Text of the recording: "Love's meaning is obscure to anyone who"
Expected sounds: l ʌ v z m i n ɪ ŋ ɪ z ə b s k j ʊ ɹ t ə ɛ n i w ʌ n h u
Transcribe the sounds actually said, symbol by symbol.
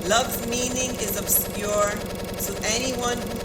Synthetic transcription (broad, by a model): l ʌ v m i n ɪ ŋ ɪ z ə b s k j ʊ ɹ s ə ɛ n i w ʌ n